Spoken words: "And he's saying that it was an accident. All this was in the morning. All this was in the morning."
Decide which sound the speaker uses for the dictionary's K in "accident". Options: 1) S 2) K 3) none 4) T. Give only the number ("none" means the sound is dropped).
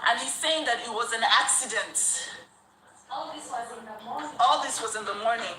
2